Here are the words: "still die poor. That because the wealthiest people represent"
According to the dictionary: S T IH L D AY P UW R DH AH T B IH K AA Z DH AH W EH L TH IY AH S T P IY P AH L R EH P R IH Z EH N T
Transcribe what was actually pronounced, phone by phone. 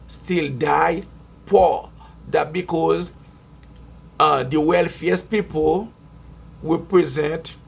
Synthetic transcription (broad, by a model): S T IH L D AY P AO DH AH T B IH K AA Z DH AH W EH L F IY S P IY P AH L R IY P R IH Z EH N T